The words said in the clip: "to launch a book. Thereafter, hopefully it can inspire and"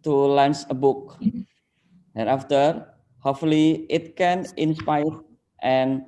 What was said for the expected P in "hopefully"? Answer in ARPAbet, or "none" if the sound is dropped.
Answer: none